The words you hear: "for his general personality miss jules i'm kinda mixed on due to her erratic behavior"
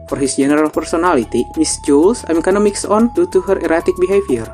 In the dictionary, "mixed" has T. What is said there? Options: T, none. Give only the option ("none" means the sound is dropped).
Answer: none